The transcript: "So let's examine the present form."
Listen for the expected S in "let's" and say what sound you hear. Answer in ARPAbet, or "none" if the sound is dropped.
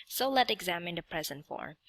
none